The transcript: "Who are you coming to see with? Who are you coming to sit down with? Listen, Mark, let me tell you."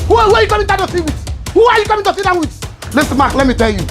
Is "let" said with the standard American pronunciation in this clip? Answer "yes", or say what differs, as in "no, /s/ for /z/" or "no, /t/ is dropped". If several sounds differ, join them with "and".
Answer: yes